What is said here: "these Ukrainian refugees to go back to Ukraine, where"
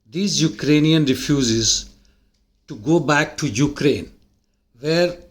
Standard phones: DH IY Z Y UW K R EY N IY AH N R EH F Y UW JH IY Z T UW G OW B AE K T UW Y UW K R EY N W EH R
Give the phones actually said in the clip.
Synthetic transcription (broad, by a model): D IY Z Y UW K R EY N IY AH N R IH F Y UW Z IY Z T UW G OW B AE K T UW Y UW K R EY N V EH R